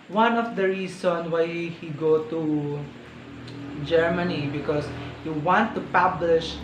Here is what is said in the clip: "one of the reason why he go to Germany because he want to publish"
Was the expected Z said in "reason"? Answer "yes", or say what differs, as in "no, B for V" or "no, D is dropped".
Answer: no, S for Z